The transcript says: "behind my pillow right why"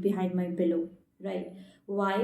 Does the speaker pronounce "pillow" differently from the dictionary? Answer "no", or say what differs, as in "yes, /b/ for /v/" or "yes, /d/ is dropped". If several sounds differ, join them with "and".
yes, /b/ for /p/